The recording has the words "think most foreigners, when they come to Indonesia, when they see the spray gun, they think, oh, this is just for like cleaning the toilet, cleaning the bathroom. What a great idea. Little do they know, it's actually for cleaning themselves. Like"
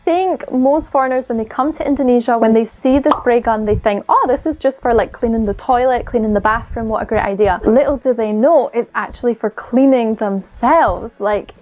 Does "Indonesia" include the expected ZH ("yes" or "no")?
yes